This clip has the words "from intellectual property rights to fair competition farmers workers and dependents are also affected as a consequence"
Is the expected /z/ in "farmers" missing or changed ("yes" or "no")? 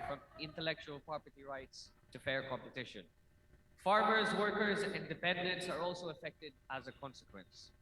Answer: no